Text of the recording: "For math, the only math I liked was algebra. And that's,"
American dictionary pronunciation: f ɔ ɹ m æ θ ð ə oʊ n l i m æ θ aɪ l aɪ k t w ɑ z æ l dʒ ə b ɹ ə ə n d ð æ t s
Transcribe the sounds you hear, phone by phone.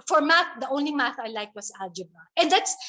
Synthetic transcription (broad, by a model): f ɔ ɹ m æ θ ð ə oʊ n l i m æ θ aɪ l aɪ k t w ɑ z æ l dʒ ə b ə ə n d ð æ t s